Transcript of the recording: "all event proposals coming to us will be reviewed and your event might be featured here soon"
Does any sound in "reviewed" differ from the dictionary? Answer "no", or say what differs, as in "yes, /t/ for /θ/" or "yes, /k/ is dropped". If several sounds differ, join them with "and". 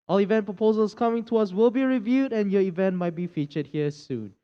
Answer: no